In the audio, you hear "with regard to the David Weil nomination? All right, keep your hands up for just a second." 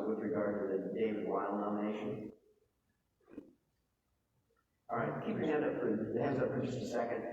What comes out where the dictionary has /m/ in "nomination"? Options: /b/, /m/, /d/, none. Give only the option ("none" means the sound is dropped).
none